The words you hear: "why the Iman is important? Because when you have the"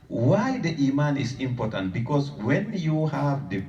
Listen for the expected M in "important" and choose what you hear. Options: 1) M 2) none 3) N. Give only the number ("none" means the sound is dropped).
1